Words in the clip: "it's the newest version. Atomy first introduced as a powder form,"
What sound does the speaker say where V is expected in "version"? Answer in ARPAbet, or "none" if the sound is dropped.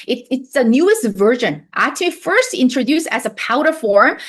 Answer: V